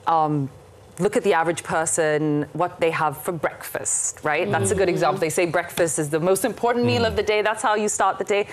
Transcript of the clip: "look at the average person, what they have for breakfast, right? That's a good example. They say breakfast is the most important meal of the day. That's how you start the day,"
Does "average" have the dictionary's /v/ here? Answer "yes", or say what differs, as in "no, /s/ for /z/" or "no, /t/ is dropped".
yes